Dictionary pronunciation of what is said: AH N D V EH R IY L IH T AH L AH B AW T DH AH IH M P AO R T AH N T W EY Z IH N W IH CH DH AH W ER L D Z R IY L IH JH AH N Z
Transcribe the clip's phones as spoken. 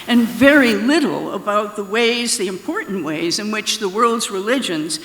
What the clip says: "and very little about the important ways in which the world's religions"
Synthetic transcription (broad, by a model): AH N V EH R IY L IH T L AH B AW T DH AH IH M P AO R T N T W EY Z IH N W IH CH DH AH W ER L D Z R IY L IH JH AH N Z